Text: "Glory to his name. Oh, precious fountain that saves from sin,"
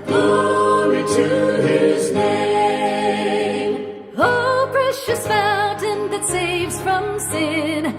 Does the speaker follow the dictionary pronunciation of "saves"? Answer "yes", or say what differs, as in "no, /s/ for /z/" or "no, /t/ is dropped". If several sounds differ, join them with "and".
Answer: yes